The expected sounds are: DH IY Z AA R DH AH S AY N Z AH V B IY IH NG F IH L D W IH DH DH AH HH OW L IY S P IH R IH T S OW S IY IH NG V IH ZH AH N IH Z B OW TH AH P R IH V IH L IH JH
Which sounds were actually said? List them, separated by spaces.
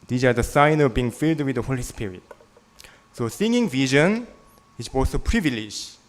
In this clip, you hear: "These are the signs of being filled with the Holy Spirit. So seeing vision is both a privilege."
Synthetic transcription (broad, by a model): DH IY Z AA R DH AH S AY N AH V B IY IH NG F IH L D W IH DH DH AH HH OW L IY S P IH R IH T S OW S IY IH NG V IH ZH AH N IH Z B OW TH AH P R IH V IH L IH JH